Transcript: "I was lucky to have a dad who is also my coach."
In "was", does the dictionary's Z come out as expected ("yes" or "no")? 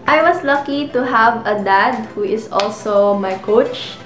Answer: no